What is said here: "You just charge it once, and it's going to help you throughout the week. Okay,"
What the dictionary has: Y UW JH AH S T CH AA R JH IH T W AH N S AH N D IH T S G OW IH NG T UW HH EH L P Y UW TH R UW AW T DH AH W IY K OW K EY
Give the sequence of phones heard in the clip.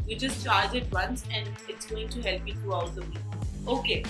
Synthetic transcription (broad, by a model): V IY JH AH S T CH AA R JH IH T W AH N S AH N D IH T S G OW IH NG T UW HH EH L P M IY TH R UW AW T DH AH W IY OW K EY